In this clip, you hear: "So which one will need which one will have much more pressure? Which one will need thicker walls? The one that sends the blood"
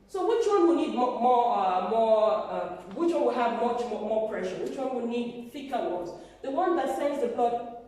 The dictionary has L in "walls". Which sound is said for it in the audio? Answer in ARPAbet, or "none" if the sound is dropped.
none